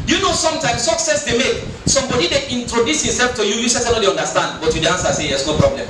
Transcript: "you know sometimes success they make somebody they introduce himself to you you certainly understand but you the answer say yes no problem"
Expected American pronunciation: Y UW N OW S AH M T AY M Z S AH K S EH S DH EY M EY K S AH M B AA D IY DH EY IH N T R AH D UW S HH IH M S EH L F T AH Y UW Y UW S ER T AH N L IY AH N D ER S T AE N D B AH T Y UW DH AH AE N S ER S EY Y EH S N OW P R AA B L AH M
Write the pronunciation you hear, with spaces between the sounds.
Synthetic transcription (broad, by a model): Y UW N OW S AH M T AY M S AH K S EH S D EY M EY K S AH M B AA D IY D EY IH N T R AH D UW S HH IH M S EH L F T AH Y UW Y UW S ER S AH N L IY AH N D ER S T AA N D B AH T Y UW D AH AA N S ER S EY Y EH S N OW P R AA B L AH M